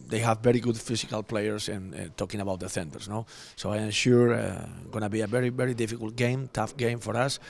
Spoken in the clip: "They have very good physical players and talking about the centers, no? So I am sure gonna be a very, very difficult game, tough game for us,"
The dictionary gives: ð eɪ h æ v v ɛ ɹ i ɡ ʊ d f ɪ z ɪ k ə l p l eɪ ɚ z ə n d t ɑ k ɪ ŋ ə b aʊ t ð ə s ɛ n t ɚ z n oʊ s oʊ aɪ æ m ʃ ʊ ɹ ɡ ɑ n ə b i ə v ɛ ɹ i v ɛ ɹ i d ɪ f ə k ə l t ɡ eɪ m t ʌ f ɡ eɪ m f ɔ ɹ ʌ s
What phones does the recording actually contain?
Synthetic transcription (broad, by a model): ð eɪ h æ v v ɛ ɹ i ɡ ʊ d f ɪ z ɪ k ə l p l eɪ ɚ s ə n t ɑ k ɪ ŋ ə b aʊ t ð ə θ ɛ n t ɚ s n oʊ s oʊ aɪ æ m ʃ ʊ ɹ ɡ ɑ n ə b i ə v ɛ ɹ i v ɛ ɹ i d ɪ f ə k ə l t ɡ eɪ m t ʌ f ɡ eɪ m f ɔ ɹ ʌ s